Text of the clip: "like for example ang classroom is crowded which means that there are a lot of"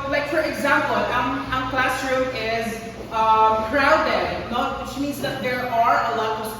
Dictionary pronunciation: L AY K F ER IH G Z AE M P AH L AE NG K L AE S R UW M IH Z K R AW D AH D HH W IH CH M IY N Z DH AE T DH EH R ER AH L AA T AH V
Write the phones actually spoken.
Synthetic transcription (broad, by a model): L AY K F ER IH G Z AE M P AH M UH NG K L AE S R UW IH Z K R AW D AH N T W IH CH M IY N Z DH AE T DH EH R ER AH L AA T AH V